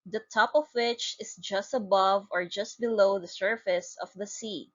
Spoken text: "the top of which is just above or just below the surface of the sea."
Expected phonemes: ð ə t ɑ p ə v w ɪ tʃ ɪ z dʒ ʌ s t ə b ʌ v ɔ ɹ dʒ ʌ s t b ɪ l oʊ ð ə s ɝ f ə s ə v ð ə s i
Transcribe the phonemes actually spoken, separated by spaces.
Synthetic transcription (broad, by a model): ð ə t ɑ p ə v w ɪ tʃ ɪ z dʒ ʌ s t ə b ʌ v ɔ ɹ dʒ ʌ s t b ɪ l oʊ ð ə s ɝ f ə s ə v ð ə s i